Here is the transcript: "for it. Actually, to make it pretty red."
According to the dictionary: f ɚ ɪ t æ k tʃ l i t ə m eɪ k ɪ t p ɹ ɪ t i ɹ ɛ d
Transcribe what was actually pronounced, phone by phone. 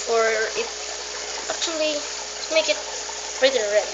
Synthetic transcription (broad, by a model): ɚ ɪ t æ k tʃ i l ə m eɪ k ɪ t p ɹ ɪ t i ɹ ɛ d